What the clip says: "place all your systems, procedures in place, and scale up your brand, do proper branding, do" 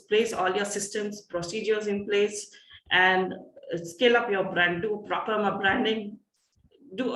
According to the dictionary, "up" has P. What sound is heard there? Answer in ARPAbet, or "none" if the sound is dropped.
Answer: P